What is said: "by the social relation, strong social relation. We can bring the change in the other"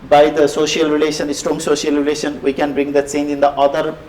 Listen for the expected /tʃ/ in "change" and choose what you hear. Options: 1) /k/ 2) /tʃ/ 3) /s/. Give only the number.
3